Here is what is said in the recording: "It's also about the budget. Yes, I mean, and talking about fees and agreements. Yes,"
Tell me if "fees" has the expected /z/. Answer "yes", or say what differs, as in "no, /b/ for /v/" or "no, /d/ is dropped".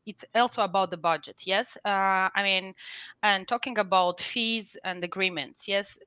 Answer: yes